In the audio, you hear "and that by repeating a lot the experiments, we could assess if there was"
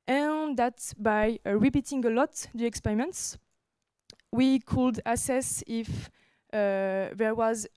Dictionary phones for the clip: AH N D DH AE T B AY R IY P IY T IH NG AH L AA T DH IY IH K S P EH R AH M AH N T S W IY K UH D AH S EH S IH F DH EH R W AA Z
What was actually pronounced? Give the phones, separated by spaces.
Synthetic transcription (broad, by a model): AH N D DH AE T B AY R IY P IY T IH NG AH L AA T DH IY IH K S P EH R AH M AH N T S W IY K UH D AH S EH S IH F DH EH R W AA Z